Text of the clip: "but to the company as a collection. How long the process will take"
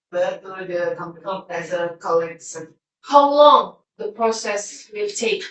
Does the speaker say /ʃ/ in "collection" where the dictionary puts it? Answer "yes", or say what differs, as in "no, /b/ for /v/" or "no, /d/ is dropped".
no, /s/ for /ʃ/